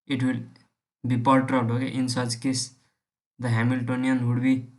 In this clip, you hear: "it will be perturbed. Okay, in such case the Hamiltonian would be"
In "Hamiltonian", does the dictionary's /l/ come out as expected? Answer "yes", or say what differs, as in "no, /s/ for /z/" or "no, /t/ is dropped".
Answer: yes